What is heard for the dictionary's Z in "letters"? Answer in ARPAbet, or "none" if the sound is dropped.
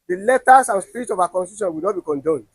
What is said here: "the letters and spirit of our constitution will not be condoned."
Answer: S